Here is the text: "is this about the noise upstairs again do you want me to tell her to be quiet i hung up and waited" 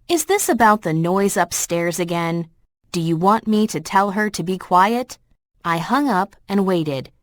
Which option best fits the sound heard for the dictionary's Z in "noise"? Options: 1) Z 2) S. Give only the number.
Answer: 1